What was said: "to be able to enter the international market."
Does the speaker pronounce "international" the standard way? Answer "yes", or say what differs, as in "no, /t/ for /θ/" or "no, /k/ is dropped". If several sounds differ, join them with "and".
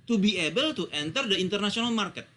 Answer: no, /s/ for /ʃ/